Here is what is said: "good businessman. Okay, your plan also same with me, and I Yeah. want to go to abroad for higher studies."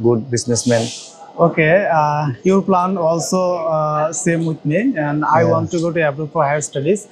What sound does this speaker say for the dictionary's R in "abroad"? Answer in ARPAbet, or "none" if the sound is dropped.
none